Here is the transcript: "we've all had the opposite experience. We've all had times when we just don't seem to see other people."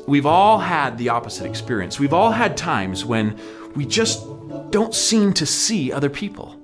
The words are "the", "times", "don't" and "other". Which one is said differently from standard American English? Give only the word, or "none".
none